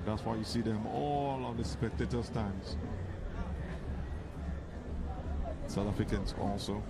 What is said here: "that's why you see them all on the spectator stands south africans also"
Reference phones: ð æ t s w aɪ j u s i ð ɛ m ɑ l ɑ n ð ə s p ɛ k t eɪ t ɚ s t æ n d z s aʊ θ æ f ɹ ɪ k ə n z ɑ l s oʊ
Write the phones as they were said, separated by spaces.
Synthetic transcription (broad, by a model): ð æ t s w aɪ j u s i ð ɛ m ɑ l ɑ n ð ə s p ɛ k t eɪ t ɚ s t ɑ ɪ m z s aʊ t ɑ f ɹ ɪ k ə n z ɑ l s oʊ